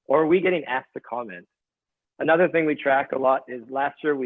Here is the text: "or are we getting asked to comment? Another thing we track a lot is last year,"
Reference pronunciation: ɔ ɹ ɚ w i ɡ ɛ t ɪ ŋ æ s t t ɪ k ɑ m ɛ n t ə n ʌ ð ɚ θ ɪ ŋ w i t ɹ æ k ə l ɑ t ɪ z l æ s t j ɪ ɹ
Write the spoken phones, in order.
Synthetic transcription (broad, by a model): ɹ ɚ w i ɡ ɛ t ɪ ŋ æ s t t ɪ k ɑ m ɛ n t ə n ʌ ð ɚ θ ɪ ŋ w i t ɹ æ k ə l ɑ t ɪ z l æ s t j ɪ ɹ